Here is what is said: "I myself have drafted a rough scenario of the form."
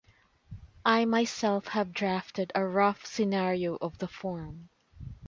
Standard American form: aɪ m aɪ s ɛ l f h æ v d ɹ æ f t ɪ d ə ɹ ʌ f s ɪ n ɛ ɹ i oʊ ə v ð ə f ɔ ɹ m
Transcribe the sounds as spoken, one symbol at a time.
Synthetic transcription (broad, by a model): aɪ m aɪ s ɛ l f h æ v d ɹ æ f t ɪ d ə ɹ ʌ f s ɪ n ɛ ɹ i oʊ ə v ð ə f ɔ ɹ m